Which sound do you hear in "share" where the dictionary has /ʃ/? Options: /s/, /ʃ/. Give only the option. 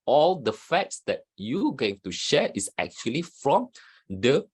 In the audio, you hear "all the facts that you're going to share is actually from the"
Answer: /ʃ/